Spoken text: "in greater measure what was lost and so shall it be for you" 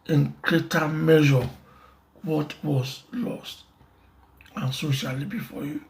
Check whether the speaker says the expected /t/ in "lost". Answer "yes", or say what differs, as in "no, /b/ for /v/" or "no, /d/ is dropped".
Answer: yes